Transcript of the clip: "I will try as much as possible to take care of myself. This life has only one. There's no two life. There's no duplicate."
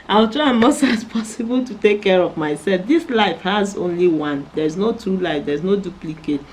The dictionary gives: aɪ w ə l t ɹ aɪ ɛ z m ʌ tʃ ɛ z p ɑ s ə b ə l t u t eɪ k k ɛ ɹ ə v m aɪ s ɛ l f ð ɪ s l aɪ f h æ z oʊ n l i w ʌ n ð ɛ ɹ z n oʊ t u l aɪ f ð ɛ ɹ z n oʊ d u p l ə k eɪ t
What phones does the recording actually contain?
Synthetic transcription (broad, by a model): aɪ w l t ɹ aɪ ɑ m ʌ s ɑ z p ɑ s ə b ə l t u t eɪ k k ɛ ɹ ə v m aɪ s ɛ l f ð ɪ s l aɪ f h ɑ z oʊ n l i w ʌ n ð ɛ ɹ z n oʊ t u l aɪ f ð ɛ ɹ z n oʊ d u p l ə k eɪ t